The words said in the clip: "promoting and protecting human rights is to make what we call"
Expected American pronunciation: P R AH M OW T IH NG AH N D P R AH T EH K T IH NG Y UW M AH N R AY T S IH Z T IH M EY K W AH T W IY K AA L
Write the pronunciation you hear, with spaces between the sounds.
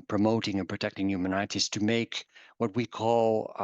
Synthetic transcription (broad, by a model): P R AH M OW T IH NG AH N P R AH T EH K T IH NG Y UW M AH N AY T IH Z T IH M EY K W AH T W IY K AA L